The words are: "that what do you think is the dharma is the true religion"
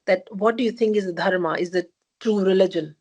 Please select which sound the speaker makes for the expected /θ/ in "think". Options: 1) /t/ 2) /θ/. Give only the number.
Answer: 1